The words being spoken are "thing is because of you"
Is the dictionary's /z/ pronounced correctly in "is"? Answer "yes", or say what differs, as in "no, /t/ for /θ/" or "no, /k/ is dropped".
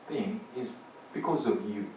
yes